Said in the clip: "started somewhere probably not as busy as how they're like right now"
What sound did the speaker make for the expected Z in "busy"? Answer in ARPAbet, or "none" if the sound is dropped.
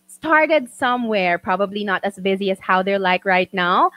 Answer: Z